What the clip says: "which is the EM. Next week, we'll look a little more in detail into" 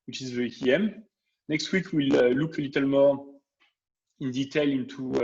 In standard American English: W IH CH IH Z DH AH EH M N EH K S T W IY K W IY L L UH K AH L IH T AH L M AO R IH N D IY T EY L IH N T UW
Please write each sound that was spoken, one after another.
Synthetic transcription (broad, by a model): W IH CH IH Z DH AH EH M N EH K S T W IY K W IY L L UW K AH L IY T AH L M AO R IH N D IY T EY L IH N T UW